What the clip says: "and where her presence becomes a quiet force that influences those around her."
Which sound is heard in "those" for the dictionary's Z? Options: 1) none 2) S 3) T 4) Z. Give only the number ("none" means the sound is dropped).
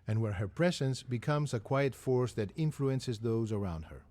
4